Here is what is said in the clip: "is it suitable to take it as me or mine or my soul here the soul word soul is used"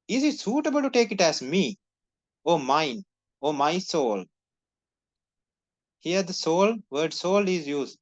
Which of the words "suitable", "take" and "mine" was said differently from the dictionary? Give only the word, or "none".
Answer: none